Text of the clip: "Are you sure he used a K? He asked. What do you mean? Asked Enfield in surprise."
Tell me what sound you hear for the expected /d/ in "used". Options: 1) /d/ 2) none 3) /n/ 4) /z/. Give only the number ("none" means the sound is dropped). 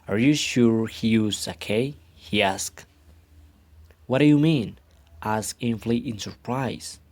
2